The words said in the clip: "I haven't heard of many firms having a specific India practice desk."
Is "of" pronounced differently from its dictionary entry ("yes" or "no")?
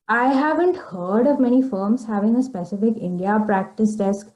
no